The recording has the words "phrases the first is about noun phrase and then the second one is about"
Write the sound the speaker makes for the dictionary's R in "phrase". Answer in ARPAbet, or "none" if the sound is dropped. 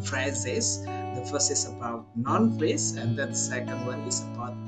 L